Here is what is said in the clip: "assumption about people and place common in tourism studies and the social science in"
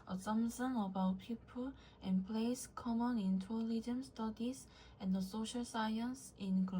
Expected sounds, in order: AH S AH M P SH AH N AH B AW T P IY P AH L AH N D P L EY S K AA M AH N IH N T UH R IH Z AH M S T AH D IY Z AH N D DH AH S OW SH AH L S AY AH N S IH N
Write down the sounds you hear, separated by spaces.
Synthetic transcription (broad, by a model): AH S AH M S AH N AH B AW T P IY P AH L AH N P L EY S K AA M AH N IH N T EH L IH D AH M S T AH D IY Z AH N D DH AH S OW SH AH L S AY AH N S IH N